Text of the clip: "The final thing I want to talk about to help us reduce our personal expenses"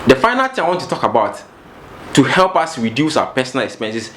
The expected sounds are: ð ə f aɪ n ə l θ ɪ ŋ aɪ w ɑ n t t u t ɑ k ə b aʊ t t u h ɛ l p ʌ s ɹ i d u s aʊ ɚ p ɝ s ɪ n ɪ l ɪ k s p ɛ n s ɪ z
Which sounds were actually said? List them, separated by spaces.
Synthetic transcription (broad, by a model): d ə f aɪ n ə l t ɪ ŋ aɪ w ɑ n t t u t ɑ k ə b aʊ t t u h ɛ l p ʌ s ɹ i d u s aʊ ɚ p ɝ s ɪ n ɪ l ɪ k s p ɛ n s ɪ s